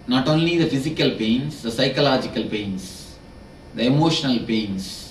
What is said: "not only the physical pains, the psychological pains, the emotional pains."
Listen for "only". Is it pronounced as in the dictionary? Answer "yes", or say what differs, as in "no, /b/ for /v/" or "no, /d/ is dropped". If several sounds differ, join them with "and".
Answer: yes